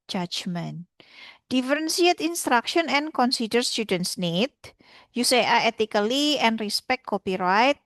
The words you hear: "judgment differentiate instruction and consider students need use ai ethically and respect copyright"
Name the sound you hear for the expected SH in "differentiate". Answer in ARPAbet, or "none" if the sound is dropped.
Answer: S